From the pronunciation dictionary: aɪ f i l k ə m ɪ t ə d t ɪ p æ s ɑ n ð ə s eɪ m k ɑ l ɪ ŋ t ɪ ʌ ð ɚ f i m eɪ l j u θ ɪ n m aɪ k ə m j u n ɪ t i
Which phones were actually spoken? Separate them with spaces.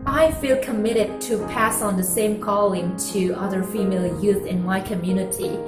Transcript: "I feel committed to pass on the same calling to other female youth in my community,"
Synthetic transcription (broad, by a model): aɪ f i l k ə m ɪ t ə d t ɪ p æ s n ð ə s eɪ m k ɑ l ɪ ŋ t ɪ ʌ ð ɚ f i m eɪ l j u θ ɪ n m aɪ k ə m j u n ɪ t i